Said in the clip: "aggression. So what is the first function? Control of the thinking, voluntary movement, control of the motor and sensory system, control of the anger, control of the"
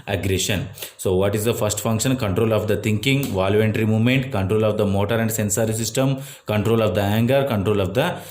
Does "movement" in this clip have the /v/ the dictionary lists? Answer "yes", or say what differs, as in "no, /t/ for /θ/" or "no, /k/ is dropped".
yes